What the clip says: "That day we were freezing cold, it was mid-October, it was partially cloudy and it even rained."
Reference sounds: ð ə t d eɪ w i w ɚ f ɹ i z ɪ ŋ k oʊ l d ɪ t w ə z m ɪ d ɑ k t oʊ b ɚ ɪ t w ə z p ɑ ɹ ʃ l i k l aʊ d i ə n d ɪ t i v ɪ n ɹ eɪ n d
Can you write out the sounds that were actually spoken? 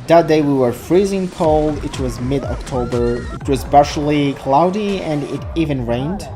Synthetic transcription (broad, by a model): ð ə t d eɪ w i w ɚ f ɹ i z ɪ ŋ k oʊ l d ɪ t w ə z m ɪ d ɑ k t oʊ b ɚ ɪ t w ə z b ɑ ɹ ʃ l i k l aʊ d i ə n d ɪ t i v ɪ n ɹ eɪ n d